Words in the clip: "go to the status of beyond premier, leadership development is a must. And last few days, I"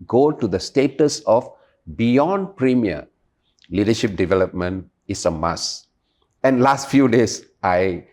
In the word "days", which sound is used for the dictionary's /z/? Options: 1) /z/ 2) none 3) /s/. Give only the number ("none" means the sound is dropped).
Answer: 3